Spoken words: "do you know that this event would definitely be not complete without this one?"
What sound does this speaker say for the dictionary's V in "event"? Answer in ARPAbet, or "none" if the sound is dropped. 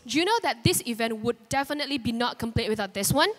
V